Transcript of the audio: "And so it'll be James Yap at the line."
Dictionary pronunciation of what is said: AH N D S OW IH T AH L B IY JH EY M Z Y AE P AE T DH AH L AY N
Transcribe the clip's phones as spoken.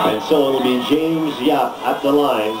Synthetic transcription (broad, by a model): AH N S OW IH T L B IY JH EY M Z Y AE P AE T DH AH L AY N